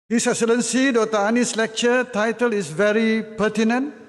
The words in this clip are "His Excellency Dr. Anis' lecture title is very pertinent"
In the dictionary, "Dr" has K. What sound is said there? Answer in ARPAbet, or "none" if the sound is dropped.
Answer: none